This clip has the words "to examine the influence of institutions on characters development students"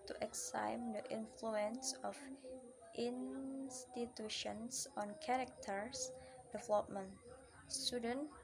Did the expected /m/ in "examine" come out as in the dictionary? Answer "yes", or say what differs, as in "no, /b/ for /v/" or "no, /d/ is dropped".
no, /m/ is dropped